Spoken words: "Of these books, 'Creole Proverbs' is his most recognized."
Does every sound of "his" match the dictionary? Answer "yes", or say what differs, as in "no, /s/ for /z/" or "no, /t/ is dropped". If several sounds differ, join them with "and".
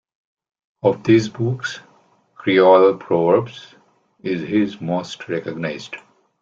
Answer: yes